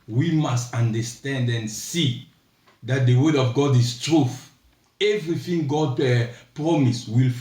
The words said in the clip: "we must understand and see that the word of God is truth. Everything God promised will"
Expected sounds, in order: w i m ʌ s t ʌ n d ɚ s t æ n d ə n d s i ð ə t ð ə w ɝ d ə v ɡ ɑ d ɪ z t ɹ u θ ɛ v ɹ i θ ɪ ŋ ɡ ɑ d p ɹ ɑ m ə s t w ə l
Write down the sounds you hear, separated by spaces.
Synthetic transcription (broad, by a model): w i m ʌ s t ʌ n d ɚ s t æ n d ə n s i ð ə t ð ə w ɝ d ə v ɡ ɑ d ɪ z t ɹ u θ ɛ v ɹ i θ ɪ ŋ ɡ ɑ d p ɹ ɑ m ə s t w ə l